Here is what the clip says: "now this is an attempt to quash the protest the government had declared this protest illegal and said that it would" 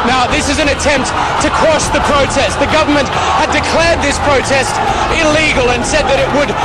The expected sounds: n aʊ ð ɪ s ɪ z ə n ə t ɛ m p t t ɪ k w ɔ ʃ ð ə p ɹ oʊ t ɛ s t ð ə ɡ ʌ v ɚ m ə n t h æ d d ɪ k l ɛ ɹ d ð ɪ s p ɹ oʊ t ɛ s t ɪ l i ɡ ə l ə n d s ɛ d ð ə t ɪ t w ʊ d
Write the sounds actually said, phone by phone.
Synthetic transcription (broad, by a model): n aʊ ð ɪ s ɪ z ə n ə t ɛ m p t t ɪ k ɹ ɔ s ð ə p ɹ oʊ t ɛ s t ð ə ɡ ʌ v ɚ m ə n t h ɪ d d ɪ k l ɛ ɹ d ð ɪ s p ɹ oʊ t ɛ s t ɪ l i ɡ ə l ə n s ɛ d ð ə t ɪ t w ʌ d